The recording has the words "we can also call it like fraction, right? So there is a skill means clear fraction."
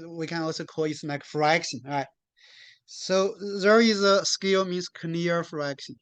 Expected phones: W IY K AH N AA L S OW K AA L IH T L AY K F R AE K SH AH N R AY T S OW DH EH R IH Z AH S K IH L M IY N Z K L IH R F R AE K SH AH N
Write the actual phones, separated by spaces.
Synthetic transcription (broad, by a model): W IY K AH N AA L S OW K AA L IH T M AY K F R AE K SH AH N R AY T S OW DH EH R IH Z AH S K IH L M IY N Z K N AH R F R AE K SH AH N